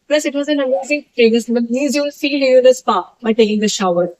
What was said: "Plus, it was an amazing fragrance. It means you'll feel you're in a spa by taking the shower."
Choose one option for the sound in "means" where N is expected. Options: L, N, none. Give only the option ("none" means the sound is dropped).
none